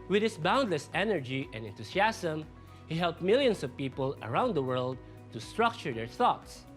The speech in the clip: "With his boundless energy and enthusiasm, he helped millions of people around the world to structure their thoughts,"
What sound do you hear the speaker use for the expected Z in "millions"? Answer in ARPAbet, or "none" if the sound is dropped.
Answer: S